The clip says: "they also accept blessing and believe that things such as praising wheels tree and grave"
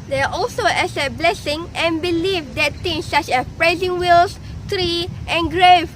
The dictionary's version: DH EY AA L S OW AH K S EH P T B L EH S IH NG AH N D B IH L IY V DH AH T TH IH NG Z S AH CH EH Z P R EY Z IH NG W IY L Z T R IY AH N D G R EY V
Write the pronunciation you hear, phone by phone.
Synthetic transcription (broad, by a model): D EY AA L S OW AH S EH T B L EH S IH NG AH N B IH L IY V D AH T T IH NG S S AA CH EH P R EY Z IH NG W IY L S T R IY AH N G R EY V